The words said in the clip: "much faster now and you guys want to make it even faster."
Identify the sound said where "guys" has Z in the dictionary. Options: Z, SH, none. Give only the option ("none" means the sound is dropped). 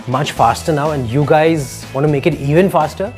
Z